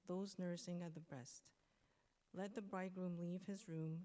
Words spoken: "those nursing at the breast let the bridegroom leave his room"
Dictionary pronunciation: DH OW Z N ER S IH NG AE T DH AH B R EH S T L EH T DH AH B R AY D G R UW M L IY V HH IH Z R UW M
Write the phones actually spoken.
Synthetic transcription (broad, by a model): DH OW Z N ER S IH NG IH T DH AH B R EH S T L EH T DH AH B R AY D G R UW M L IY V HH IH Z R UW M